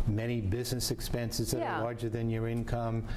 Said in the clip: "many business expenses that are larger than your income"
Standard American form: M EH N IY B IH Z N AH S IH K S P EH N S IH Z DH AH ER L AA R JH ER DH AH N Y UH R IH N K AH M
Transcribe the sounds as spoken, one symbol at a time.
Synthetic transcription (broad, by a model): M EH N IY B IH Z N AH S IH K S P EH N S IH Z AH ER L AA R JH ER DH AH N Y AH R IH N K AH M